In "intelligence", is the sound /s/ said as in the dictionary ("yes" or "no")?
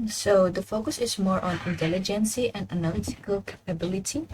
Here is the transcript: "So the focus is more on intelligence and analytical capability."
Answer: yes